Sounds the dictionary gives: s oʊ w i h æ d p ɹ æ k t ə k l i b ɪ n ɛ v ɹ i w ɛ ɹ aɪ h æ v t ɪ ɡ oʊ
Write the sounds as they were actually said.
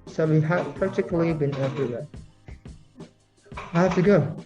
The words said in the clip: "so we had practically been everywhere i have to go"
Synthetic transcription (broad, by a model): s oʊ w i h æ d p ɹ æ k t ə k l i b ɪ n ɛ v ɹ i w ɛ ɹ aɪ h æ f t ɪ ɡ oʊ